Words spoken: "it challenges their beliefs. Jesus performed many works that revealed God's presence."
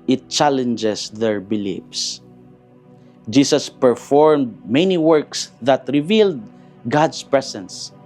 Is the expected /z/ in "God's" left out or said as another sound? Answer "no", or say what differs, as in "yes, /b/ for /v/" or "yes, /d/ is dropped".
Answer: yes, /s/ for /z/